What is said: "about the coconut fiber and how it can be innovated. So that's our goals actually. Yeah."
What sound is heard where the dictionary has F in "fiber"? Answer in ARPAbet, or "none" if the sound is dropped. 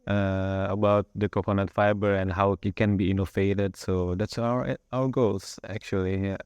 F